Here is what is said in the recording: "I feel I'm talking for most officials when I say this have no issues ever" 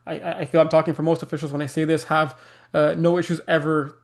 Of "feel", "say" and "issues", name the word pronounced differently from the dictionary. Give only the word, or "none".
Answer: none